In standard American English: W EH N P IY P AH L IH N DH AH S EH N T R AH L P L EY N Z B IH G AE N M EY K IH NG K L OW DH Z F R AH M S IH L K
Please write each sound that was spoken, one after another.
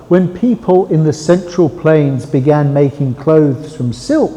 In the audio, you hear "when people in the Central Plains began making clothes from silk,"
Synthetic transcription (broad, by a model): W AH N P IY P AH L IH N DH AH S EH N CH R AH L P L EY N Z B IH G AE N M EY K IH NG K L OW DH Z F R AH M S IH L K